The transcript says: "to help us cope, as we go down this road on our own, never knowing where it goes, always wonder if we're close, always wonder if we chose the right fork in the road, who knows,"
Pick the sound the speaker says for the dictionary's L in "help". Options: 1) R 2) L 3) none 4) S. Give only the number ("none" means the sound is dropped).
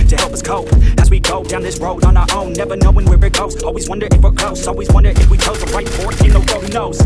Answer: 2